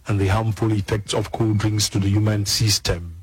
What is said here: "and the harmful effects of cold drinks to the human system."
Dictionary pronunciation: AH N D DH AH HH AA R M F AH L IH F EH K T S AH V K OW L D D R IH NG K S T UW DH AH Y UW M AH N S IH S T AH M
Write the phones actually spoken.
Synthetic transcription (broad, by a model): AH N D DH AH HH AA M F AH L IH F EH K T S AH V K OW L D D R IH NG S T UW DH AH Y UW M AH N S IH S T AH M